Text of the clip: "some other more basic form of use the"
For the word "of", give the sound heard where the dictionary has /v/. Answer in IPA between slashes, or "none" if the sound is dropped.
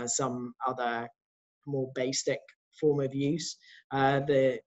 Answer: /v/